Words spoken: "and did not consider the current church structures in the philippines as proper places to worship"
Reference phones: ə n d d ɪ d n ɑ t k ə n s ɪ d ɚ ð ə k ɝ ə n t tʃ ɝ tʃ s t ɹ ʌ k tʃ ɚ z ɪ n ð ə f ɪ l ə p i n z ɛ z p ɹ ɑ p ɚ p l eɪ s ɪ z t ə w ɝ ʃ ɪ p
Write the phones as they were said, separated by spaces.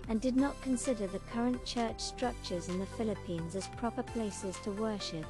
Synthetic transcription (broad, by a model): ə n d d ɪ d n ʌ t k ə n s ɪ d ɚ ð ə k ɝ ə n tʃ ɝ tʃ s t ɹ ʌ k tʃ ɚ z ɪ n ð ə f ɪ l ə p i n z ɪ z p ɹ ɑ p ɚ p l eɪ s ɪ z t ə w ɝ ʃ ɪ p